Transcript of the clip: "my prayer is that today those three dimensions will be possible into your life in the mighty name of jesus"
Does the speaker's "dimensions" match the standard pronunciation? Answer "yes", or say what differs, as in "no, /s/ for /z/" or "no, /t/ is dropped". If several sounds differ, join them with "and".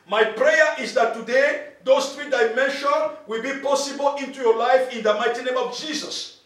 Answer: no, /z/ is dropped